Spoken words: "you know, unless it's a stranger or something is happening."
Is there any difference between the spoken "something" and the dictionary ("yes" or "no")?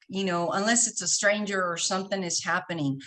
no